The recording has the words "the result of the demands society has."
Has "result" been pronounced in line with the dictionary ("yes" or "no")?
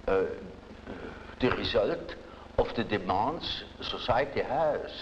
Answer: yes